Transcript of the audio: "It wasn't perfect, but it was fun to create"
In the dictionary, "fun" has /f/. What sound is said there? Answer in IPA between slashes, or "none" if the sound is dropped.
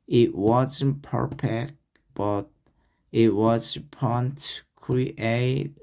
/p/